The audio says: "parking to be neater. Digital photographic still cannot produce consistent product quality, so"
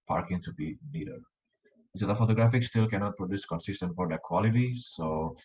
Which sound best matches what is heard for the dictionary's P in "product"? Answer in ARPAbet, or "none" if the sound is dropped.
F